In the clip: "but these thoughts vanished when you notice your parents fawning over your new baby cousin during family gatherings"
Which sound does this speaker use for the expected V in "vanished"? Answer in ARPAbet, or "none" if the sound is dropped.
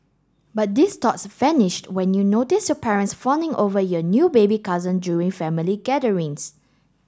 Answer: F